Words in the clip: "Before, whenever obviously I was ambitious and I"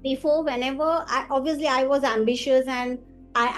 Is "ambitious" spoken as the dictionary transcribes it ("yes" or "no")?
yes